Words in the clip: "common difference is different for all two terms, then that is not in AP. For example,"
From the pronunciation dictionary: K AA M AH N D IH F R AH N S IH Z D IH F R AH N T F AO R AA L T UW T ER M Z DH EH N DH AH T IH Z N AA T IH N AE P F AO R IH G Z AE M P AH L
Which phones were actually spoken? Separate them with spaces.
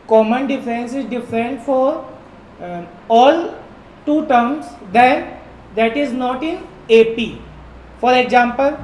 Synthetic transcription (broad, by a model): K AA M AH N D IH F AH N S IH Z D IH F R AH N T F AO R AA L T UW T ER M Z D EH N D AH T IH Z N AA T IH N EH P F AO R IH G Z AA M P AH L